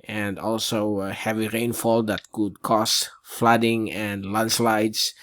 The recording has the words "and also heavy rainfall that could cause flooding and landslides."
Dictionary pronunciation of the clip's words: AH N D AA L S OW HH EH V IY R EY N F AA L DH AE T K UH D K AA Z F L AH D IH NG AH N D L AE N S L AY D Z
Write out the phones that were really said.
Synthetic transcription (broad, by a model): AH N D AA L S OW HH EH V IY R EY N F AA L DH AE T K UH D K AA S F L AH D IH NG AH N D L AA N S L AY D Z